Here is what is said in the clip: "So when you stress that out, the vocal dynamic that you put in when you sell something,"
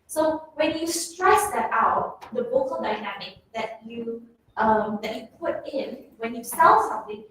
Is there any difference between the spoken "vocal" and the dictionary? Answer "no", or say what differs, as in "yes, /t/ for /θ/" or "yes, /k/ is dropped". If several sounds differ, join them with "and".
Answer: yes, /b/ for /v/